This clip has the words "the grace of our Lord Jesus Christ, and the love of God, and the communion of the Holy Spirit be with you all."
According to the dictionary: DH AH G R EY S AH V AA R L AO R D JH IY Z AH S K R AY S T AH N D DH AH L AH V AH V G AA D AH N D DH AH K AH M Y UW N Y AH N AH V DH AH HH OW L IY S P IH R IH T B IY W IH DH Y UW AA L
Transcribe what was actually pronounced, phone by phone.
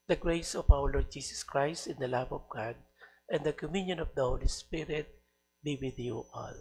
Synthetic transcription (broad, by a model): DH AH G R EY S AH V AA W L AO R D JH IY S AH S K R AY S T AH N D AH L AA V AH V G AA D AH N D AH K AH M Y UW N Y AH N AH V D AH HH OW L IY S P IH R IH T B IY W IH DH Y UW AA L